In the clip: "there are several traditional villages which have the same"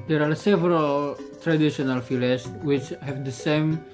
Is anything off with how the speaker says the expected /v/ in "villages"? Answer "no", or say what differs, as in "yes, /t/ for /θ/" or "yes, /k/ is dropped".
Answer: yes, /f/ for /v/